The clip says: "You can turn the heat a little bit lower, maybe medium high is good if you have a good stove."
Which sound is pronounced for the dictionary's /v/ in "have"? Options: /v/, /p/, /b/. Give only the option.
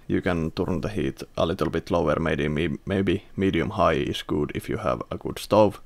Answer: /v/